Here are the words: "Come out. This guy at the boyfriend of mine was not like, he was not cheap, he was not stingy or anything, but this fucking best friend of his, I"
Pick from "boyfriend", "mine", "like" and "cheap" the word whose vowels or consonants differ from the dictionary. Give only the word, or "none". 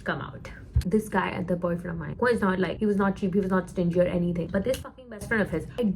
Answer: boyfriend